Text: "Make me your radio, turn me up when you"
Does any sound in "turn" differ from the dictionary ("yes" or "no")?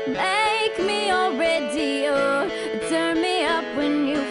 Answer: no